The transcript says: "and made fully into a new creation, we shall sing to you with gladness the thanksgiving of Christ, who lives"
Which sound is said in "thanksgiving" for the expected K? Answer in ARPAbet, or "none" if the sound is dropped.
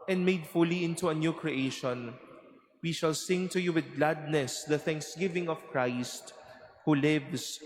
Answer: K